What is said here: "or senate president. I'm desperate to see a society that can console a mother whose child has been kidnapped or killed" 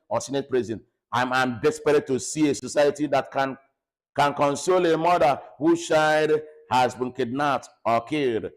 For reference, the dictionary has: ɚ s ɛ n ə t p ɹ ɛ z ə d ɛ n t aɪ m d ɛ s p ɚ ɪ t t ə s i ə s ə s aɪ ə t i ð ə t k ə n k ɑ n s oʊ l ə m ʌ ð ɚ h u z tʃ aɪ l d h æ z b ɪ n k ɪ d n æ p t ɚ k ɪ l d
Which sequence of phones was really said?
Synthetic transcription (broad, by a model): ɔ s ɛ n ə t p ɹ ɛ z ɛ n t aɪ m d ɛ s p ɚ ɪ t t ə s i ə s ə s aɪ ə t i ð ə t k ə n k ɑ n s oʊ l ə m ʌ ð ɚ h u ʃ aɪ d h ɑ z b ɪ n k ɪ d n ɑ t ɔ k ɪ l d